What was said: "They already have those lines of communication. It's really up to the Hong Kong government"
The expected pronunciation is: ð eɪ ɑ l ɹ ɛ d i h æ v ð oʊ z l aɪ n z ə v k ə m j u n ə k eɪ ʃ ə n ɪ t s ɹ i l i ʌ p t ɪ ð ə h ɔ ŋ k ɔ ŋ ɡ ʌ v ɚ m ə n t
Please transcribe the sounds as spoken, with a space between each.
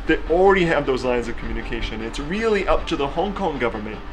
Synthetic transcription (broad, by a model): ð ɑ l ɹ ɛ d i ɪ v ð oʊ z l aɪ n z ə v k m j u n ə k eɪ ʃ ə n ɪ t s ɹ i l i ʌ p t ɪ ð ə h ɔ ŋ k ɔ ŋ ɡ ʌ v ɚ m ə n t